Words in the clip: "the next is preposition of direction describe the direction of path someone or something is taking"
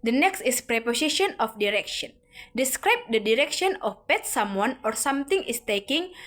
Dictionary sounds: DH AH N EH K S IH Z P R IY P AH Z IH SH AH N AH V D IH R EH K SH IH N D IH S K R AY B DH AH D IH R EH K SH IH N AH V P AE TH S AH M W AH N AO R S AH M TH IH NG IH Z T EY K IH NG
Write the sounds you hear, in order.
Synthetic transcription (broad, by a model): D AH N EH K S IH S P R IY P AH S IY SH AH N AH F D IH R EH K SH IH N D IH S K R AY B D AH D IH R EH K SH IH N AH F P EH T S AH M W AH N AO R S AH M T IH NG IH S T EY K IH NG